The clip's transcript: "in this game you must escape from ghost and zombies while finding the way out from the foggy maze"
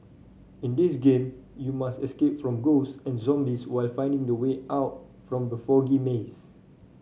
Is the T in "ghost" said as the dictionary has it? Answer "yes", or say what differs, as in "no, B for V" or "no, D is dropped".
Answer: no, T is dropped